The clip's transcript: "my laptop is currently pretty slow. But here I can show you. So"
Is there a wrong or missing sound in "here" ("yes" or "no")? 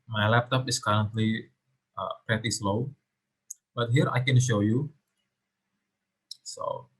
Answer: no